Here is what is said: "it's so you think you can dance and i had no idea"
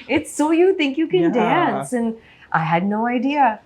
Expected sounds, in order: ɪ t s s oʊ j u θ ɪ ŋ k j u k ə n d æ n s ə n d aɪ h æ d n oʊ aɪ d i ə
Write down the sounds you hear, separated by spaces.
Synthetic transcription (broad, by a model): ɪ t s s oʊ j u θ ɪ ŋ k j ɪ k ə n d æ n s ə n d aɪ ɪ d n oʊ aɪ d i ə